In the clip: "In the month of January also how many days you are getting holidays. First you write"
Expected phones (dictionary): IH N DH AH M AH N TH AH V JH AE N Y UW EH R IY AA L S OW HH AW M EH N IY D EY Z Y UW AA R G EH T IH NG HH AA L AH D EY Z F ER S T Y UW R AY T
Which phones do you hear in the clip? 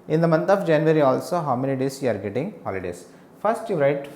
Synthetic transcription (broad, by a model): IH N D AH M AH N T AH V JH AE N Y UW R IY AA L S OW HH AW M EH L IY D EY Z Y UW AA R G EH T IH NG HH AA L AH D EY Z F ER S T Y UW R AY T